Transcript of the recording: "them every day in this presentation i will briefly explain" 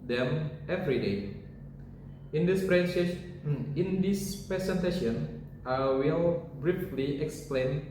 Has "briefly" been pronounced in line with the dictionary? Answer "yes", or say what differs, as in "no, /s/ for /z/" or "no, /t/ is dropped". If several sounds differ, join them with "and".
yes